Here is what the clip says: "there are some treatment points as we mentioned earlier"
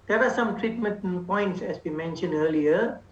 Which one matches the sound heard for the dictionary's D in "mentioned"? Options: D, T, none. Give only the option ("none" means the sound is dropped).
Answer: D